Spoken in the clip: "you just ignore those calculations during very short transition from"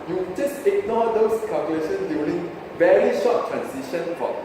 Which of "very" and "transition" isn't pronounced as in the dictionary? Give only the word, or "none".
transition